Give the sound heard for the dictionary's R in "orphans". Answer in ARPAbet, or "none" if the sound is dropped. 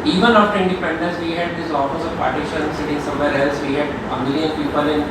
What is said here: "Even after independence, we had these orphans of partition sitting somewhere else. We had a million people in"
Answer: L